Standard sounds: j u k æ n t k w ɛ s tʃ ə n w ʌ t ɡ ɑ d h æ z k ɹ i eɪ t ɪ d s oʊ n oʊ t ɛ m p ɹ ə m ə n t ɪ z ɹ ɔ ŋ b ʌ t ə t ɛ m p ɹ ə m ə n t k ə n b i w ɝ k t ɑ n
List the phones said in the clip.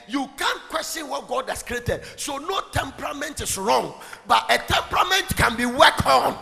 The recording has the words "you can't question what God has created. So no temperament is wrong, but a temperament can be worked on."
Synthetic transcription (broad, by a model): j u k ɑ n k w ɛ s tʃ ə n w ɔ t ɡ ɑ d h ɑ s k ɹ i eɪ t ɪ d s oʊ n oʊ t ɛ m p ɹ ə m ə n t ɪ s ɹ ɔ ŋ b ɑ t ə t ɛ m p ɹ ə m ə n t k ə n b i w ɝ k ɑ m